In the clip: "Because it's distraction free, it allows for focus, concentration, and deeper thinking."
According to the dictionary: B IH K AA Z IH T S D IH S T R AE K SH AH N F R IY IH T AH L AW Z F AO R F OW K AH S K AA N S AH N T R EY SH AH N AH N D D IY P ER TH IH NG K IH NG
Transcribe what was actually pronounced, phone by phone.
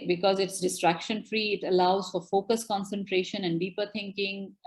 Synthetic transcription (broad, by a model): B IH K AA Z IH T S D IH S T R AE K SH AH N F R IY IH T AH L AW Z F AO R F OW K AH S K AA N S AH N T R EY SH AH N AH N D D IY P ER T IH NG K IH NG